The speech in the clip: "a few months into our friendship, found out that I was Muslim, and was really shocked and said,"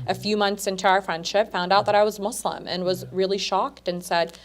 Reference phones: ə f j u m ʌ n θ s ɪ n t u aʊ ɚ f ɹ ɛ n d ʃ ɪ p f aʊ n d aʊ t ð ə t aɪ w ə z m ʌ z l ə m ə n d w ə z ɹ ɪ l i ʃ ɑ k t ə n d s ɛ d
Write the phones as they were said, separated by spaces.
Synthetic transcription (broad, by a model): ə f j u m ʌ n θ s ɪ n t u aʊ ɚ f ɹ ɛ n d ʃ ɪ p f aʊ n d aʊ t ð ə t aɪ w ə z m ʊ s l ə m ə n w ə z ɹ ɪ l i ʃ ɑ k t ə n s ɛ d